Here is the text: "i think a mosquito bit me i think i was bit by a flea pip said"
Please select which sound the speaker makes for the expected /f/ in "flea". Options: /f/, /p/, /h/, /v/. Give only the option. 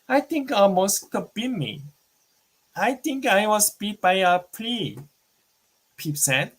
/p/